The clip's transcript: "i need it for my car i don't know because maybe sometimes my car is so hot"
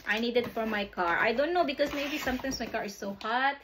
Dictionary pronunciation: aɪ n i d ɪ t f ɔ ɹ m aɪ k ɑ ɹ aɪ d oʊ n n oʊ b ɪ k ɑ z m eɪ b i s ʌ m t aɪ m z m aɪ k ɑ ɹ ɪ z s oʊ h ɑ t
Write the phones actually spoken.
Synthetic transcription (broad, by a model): aɪ n i d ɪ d f ɔ ɹ m aɪ k ɑ ɹ aɪ d oʊ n n oʊ b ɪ k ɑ s m eɪ b i s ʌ m t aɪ m s m aɪ k ɑ ɹ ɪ s oʊ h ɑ t